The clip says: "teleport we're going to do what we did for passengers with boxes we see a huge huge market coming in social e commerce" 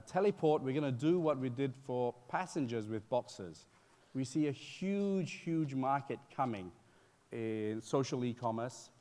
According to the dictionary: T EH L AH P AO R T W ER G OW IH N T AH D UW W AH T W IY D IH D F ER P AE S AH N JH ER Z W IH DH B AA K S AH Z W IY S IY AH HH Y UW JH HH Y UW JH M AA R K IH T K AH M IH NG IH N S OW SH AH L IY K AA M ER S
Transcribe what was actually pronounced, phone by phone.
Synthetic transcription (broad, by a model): T EH L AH P AO R T W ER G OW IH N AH D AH W AH T W IY D IH D F ER P AE S AH N JH ER Z W IH DH B AA K S AH Z W IY S IY AH HH Y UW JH HH Y UW JH M AA R K IH T K AH M IH NG IH N S OW SH AH L IY K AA M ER S